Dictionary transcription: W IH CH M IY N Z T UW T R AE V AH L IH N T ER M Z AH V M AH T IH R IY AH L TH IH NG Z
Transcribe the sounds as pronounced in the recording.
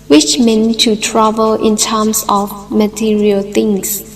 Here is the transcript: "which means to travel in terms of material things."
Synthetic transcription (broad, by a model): W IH CH M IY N T UW T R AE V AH L IH N T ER M S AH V M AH T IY R IY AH L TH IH NG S